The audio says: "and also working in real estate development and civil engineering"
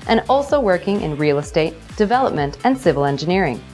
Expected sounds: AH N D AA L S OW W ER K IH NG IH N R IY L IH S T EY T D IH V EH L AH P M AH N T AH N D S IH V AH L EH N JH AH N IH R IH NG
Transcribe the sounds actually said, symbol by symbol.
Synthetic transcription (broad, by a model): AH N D AA L S OW W ER K IH NG IH N R IY L IH S T EY T D IH V EH L AH P M AH N T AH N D S IH V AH L EH N JH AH N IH R IH NG